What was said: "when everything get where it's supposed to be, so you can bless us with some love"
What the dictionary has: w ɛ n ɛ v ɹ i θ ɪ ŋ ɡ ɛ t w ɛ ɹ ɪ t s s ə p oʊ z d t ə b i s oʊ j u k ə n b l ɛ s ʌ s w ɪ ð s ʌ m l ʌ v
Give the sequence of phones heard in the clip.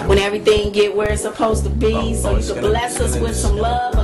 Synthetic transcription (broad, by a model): w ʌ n ɛ v ɹ i θ ɪ ŋ ɡ ɛ t w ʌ ɹ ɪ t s s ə p oʊ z t ə b i s oʊ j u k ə b l ɛ s ʌ s w ɪ ð s ʌ m l ʌ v